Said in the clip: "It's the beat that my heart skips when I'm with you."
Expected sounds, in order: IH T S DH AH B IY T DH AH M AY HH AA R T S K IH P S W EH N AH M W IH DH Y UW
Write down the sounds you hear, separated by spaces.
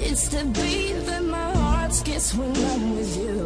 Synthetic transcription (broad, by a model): IH T S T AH B IY DH AH M AY HH AA R T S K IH S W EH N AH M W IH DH Y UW